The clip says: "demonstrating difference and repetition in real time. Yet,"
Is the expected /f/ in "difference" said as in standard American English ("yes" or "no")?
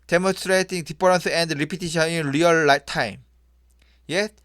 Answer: no